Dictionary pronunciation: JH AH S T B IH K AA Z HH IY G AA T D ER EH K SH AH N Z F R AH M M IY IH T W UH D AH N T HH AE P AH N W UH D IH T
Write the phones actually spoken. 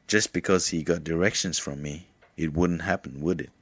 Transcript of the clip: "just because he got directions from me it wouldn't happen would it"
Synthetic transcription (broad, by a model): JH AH S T B IH K AA Z HH IY G AA T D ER EH K SH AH N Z F R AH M M IY IH T W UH D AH N T HH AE P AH N W UH D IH T